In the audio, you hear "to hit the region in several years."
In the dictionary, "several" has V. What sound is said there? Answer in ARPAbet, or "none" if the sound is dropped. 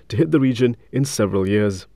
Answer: V